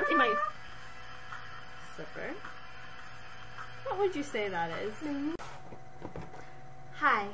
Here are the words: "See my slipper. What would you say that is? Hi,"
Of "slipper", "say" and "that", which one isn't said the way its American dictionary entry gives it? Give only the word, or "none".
slipper